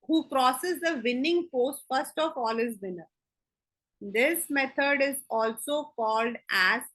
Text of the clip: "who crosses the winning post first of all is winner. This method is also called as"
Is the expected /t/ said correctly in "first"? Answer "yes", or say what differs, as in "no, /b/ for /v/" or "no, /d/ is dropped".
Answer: yes